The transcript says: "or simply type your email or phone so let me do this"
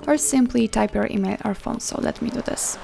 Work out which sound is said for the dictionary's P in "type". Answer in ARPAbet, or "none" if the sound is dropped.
P